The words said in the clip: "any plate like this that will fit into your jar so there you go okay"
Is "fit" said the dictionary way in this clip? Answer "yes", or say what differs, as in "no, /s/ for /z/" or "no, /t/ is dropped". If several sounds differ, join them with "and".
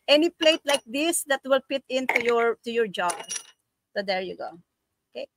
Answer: no, /p/ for /f/